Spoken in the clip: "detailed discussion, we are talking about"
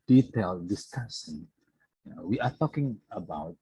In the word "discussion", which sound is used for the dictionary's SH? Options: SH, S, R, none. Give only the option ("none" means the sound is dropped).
S